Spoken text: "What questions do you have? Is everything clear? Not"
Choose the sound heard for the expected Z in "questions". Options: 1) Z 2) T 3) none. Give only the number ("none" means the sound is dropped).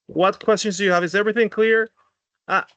1